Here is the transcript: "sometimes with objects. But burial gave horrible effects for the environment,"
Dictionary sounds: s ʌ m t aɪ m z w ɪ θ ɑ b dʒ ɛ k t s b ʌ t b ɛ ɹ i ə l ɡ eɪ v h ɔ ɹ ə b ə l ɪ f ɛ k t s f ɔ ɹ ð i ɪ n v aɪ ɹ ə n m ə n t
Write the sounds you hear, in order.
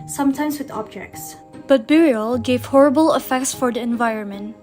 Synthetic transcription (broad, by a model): s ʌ m t aɪ m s w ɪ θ ɑ b dʒ ɛ k t s b ʌ t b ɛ ɹ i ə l ɡ eɪ v h ɔ ɹ ə b ə l ɪ f ɛ k t s f ɔ ɹ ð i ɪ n v aɪ ɹ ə n m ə n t